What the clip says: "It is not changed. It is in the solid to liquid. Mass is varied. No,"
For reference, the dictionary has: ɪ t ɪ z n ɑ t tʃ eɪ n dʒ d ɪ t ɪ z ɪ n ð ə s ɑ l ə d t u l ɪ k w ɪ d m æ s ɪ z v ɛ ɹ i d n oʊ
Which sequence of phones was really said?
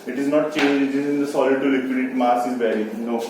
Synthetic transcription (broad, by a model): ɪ t ɪ z n ɑ t tʃ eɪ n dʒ ɪ t ɪ z ɪ n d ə s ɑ l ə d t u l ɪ k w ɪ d m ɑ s ɪ z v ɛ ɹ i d n oʊ